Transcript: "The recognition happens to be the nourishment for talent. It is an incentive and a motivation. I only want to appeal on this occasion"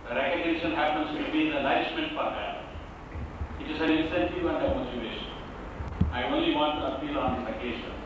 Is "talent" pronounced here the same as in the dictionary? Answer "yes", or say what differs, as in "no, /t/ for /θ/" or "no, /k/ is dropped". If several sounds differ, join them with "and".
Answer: no, /n/ is dropped